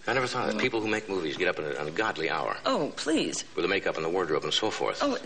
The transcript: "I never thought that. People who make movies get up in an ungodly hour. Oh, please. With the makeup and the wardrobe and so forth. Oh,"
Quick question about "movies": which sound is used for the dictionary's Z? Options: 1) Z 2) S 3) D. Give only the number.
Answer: 1